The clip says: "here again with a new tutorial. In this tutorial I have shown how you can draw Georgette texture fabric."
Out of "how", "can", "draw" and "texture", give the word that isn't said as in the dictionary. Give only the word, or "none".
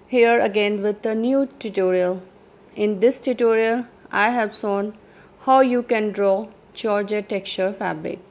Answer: texture